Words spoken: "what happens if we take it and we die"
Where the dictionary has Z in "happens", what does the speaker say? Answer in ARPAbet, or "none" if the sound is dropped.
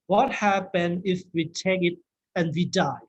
none